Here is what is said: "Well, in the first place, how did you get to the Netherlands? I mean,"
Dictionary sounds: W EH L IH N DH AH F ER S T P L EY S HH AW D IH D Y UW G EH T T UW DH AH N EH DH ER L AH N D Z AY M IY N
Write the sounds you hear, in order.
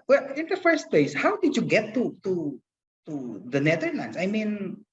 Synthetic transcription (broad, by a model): W EH L IH N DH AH F ER S T P L EY S HH AW D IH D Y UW G EH T T UW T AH N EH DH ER N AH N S AY M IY N